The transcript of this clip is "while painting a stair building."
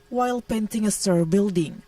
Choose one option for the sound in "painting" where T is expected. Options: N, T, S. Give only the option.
T